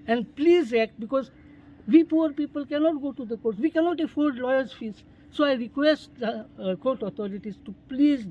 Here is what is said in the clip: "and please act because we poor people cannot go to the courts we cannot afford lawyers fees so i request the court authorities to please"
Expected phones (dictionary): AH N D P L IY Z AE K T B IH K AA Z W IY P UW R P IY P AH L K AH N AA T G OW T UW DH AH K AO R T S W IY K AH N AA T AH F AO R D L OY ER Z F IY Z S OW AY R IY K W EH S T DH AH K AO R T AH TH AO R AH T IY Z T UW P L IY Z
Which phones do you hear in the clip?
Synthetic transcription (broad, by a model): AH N D P L IY Z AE K T B IH K AA Z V IY P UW R P IY P AH L K AH N AA T G OW T UW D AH K AO R T S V IY K AH N AA T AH F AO L D L OY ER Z F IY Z S OW AY R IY K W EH S T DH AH K AO R T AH T AO R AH T IY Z T UW P L IY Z